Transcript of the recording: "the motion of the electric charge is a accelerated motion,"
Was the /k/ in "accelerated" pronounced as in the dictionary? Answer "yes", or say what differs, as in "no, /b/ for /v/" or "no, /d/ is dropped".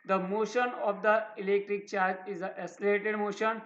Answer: no, /k/ is dropped